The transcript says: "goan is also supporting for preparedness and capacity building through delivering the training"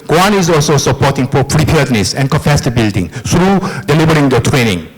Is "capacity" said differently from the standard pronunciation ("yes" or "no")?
yes